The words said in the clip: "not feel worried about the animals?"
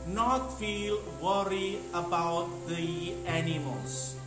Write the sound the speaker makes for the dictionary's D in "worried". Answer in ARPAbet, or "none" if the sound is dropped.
none